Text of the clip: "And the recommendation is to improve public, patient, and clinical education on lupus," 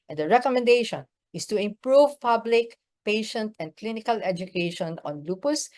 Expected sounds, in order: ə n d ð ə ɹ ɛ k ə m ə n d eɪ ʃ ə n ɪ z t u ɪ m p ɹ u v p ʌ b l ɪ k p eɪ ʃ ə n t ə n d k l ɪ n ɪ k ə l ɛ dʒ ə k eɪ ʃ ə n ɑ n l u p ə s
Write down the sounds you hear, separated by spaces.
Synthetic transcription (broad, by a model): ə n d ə ɹ ɛ k ə m ə n d eɪ ʃ ə n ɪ s t u ɪ m p ɹ u v p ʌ b l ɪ k p eɪ ʃ ə n t ə n d k l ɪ n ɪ k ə l ɛ dʒ ə k eɪ ʃ ə n ɑ n l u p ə s